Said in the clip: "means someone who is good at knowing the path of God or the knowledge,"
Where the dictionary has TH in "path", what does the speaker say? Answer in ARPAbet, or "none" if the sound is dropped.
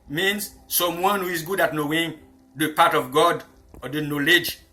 T